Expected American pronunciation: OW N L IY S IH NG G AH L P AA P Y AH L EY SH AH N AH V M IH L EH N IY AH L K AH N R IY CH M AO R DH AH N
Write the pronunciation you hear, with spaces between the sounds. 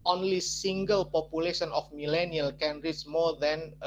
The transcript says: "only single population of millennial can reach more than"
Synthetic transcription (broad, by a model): OW N L IY S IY NG G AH L P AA P Y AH L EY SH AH N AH F M IH L EH N IY AH L K AH N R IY S M AO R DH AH N